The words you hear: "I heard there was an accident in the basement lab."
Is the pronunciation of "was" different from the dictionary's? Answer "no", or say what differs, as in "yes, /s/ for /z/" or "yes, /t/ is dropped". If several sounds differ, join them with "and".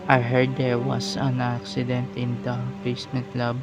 yes, /s/ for /z/